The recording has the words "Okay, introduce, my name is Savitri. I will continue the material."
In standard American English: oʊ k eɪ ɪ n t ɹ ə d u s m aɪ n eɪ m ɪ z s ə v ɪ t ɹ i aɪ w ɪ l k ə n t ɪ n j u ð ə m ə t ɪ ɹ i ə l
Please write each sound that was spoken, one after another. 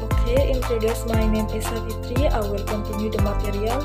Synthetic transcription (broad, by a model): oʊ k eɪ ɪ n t ə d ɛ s m aɪ n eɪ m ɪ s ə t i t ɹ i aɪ w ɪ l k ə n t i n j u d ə m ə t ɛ ɹ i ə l